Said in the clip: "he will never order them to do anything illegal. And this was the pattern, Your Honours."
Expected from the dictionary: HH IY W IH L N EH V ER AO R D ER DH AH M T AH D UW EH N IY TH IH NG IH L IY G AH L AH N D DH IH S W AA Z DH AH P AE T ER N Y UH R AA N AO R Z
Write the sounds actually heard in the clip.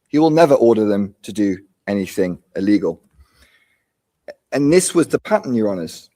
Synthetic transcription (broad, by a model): HH IY W IH L N EH V ER AO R D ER DH AH M T AH D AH EH N IY TH IH NG IH L IY G AH L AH N DH IH S W AA Z DH AH P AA T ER N Y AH R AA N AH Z